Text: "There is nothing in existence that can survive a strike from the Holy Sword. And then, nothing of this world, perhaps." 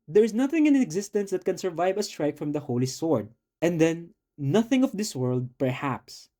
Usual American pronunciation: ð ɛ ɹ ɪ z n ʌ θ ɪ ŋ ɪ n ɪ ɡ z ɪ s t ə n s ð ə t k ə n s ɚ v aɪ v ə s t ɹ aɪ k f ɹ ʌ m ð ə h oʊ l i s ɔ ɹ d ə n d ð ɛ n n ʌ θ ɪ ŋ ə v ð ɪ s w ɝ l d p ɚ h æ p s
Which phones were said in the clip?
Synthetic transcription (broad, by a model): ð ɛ ɹ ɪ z n ʌ θ ɪ ŋ ɪ n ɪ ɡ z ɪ s t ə n s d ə t k ə n s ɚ v aɪ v ə s t ɹ aɪ k f ɹ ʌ m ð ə h oʊ l i s ɔ ɹ d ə n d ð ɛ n n ʌ θ ɪ ŋ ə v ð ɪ s w ɝ l d p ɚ h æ p s